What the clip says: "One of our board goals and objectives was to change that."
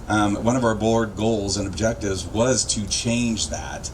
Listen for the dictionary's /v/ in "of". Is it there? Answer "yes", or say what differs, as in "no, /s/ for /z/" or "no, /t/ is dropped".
yes